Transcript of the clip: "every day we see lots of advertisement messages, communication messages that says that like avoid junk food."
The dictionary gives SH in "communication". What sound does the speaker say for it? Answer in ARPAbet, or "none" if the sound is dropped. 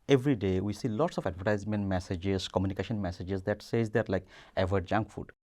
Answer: SH